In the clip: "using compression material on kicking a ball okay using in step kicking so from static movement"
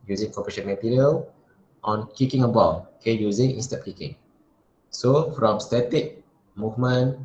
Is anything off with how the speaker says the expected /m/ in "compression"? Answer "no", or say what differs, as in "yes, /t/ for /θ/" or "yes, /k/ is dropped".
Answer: yes, /m/ is dropped